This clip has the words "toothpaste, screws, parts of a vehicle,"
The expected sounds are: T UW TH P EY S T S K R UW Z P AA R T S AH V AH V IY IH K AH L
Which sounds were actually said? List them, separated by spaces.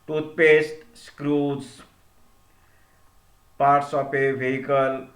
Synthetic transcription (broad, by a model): T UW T P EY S T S K R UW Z P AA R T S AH P AH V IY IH K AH L